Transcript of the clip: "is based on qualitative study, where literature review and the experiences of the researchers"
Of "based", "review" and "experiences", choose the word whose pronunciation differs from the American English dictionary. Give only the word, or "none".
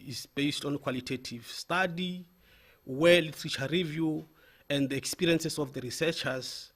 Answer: experiences